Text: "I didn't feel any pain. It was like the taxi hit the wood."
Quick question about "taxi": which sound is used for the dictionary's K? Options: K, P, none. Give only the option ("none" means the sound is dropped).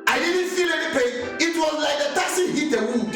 none